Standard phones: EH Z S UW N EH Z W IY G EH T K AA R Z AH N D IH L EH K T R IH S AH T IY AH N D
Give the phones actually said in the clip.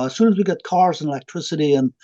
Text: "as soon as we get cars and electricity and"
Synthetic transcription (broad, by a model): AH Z S UW N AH Z W IY G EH T K AA R Z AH N IH L EH K T R IH S AH T IY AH N